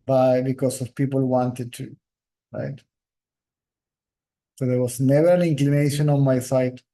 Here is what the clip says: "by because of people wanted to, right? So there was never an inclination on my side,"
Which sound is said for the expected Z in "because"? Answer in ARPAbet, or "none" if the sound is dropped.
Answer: S